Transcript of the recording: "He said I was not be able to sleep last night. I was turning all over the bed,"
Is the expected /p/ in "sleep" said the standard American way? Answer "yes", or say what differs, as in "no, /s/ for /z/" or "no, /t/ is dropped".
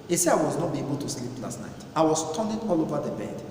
yes